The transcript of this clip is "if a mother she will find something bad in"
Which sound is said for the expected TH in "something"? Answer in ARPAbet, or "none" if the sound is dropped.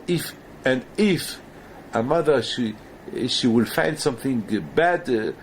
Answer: TH